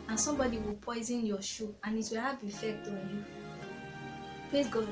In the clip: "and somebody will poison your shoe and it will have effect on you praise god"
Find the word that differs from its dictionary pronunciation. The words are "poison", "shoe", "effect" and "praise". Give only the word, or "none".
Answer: praise